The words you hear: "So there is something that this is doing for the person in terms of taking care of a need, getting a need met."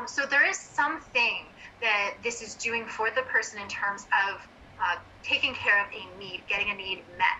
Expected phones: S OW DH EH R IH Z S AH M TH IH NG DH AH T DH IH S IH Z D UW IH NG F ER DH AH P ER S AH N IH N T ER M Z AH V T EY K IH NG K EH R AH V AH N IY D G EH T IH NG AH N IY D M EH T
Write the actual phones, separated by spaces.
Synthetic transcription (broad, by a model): S OW DH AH R IH Z S AH M TH IH NG DH AH T DH IH S IH Z D UW IH NG F ER DH AH P ER S AH N IH N T ER M Z AH V T EY K IH NG K EH R AH V AH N IY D G EH T IH NG AH N IY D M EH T